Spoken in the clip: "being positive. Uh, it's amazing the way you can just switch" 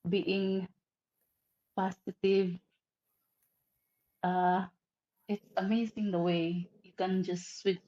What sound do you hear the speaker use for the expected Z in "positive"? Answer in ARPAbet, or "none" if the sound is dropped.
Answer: S